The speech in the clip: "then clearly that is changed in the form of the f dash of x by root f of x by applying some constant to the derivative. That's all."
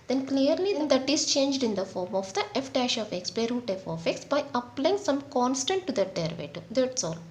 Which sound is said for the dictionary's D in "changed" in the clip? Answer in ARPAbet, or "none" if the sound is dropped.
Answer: D